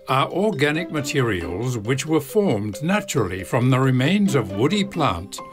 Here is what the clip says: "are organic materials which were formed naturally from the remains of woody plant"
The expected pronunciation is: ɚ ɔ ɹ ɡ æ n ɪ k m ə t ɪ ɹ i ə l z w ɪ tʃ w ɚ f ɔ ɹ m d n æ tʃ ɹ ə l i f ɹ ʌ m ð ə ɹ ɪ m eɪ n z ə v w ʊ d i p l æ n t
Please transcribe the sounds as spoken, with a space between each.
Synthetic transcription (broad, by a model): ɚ ɔ ɹ ɡ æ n ɪ k m ə t ɪ ɹ i ə l z w ɪ tʃ w ɚ f ɔ ɹ m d n æ tʃ ɹ ə l i f ɹ ʌ m ð ə ɹ ɪ m eɪ n z ə v w ʊ d i p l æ n t